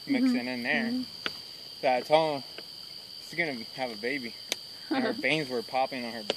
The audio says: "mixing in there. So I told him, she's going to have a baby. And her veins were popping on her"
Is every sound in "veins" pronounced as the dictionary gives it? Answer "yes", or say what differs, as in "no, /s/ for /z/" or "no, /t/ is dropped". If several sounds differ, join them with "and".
no, /b/ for /v/